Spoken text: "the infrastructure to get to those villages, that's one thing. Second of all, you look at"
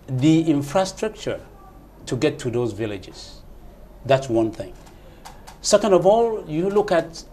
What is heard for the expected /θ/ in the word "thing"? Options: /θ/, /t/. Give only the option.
/θ/